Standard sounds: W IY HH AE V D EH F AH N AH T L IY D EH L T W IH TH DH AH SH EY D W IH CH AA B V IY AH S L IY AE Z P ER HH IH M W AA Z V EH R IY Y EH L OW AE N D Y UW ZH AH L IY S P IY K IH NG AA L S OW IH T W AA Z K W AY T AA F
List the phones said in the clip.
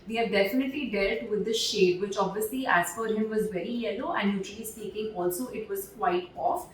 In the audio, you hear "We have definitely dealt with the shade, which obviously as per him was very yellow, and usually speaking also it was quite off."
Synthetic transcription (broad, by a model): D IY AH D EH F AH N AH T L IY D EH L T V IH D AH SH EY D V IH CH AA B V IY AH S L IY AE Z F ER HH IH M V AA Z V EH R IY Y EH L OW AE N D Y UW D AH L IY S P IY K IH NG AA L S OW IH T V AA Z K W AY T AA F